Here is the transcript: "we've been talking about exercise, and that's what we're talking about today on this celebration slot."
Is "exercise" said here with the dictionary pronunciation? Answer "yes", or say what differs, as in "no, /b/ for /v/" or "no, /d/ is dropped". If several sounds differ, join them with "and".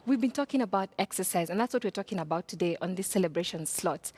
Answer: yes